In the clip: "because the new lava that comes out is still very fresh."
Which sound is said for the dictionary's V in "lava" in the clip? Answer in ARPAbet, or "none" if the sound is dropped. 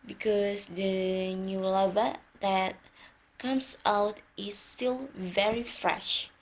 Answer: V